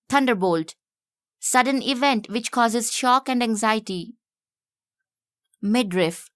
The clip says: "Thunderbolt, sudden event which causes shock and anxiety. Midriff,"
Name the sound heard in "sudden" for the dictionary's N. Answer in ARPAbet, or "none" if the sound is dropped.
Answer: N